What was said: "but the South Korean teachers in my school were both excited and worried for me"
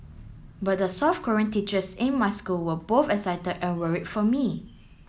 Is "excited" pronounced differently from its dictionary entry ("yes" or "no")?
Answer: yes